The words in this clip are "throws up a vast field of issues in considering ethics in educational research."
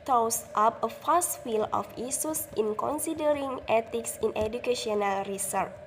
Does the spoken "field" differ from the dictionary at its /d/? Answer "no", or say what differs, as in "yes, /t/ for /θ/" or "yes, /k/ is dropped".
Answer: yes, /d/ is dropped